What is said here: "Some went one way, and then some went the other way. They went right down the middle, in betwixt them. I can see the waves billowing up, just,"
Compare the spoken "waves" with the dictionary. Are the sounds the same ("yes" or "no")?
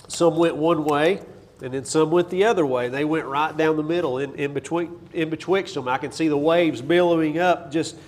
yes